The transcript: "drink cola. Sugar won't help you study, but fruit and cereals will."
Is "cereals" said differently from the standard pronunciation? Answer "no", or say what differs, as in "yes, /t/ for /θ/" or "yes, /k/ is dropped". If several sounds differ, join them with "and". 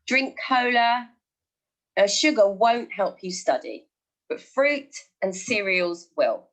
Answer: no